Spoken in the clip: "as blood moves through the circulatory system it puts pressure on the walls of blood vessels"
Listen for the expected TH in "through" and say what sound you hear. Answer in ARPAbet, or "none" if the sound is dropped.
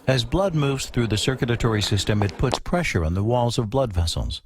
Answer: TH